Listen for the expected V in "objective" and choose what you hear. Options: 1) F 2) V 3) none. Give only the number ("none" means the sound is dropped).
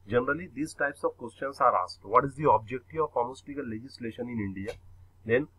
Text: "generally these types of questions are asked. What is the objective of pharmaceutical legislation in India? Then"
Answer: 3